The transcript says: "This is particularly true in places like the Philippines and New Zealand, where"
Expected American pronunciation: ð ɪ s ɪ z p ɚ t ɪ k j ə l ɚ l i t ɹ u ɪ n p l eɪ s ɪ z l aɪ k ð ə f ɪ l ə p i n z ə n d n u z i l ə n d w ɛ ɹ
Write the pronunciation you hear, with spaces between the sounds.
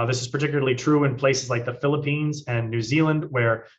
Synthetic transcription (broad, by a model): ð ɪ s ɪ z p ɚ t ɪ k j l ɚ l i t ɹ u ɪ n p l eɪ s ɪ z l aɪ k ð ə f ɪ l ə p i n z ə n n u z i l ə n d w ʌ ɹ